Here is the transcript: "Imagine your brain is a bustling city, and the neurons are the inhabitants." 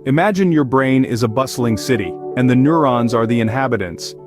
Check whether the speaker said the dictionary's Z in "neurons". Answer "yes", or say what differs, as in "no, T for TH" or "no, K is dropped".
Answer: yes